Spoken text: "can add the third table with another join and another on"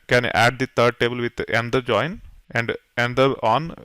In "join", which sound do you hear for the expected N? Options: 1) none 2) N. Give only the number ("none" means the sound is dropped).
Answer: 2